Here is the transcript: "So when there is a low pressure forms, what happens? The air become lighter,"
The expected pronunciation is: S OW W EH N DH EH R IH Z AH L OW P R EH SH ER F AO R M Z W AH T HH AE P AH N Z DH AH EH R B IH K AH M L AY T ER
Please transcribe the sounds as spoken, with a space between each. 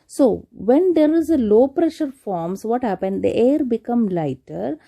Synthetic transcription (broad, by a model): S OW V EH N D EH R IH Z AH L OW P R EH SH ER F AO R M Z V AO T HH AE P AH N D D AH EH R B IH K AH M L AY T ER